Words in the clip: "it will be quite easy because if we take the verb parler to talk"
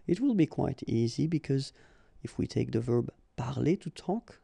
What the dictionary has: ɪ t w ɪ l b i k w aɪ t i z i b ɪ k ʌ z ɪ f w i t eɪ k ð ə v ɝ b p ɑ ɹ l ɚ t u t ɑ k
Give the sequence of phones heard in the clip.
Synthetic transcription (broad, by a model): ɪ t w ɪ l b i k w aɪ t i z i b ɪ k ʌ z ɪ f w i t eɪ k ð ə v ɝ b p ɑ ɹ l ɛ t u t ɑ k